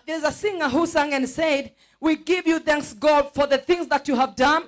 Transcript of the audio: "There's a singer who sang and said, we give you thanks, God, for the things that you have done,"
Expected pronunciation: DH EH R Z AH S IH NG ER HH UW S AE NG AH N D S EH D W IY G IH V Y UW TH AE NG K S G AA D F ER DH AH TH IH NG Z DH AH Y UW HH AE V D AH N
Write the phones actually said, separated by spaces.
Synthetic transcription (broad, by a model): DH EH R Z AH S IH NG ER HH UW S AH NG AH N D S EH D W IY G IH V Y UW TH AE NG K S G AA D F ER DH AH TH IH NG Z DH AH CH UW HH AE V D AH N